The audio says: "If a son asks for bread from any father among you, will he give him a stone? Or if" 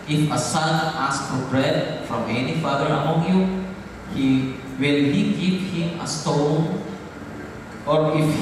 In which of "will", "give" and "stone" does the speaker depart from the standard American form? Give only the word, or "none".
give